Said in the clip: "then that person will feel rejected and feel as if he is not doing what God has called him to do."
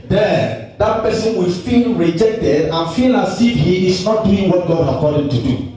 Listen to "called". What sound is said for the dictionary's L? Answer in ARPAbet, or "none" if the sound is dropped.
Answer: none